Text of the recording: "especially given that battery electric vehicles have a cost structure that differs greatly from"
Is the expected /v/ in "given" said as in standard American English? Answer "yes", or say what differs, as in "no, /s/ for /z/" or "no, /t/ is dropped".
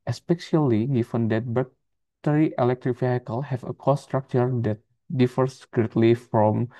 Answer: no, /f/ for /v/